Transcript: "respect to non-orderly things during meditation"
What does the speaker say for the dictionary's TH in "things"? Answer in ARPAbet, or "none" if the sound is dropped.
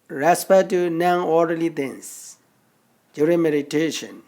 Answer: T